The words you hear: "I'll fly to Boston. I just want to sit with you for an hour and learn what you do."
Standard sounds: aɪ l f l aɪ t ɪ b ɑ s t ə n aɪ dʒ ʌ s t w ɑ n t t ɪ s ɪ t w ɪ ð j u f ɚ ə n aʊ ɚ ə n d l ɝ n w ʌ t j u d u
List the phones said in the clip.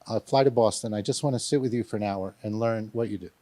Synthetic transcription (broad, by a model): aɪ f l aɪ t ɪ b ɑ s t ə n aɪ dʒ ʌ s t w ɑ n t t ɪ s ɪ t w ɪ ð j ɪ f ɚ ə n aʊ ɚ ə n l ɝ n w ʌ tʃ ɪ d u